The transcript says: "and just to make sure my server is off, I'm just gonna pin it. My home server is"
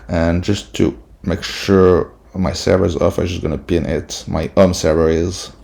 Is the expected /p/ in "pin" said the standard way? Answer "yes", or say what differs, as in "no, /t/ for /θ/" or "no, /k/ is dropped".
yes